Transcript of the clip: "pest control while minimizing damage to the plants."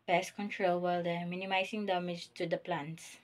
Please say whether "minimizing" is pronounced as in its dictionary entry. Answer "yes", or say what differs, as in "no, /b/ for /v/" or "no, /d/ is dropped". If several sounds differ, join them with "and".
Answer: no, /s/ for /z/